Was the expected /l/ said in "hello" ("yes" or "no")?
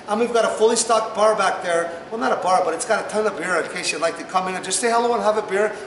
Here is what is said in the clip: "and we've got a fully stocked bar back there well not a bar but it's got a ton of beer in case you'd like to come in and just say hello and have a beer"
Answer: yes